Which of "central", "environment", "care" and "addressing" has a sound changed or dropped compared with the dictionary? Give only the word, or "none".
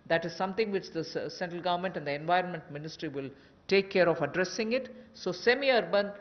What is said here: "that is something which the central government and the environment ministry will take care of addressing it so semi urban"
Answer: none